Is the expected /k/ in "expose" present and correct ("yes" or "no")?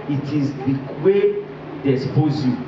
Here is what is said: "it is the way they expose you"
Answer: no